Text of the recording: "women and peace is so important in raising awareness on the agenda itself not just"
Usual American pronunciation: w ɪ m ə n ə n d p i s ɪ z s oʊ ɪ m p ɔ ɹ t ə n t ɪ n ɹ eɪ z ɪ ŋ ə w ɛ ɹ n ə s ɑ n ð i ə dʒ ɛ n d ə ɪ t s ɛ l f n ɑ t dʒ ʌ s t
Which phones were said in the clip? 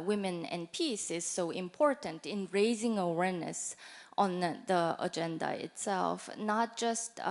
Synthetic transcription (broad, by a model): w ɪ m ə n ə n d p i s ɪ z s oʊ ɪ m p ɔ ɹ t ə n t ɪ n ɹ eɪ z ɪ ŋ ə w ɛ ɹ n ə s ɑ n ð i ə dʒ ɛ n d ə ɪ t s ɛ l f n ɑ t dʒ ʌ s t